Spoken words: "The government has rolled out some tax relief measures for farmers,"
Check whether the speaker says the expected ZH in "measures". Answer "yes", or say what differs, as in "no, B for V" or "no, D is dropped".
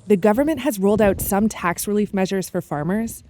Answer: yes